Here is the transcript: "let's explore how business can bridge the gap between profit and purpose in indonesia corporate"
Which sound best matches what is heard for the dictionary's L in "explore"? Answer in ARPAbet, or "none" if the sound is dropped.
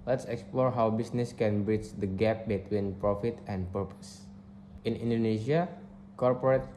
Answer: L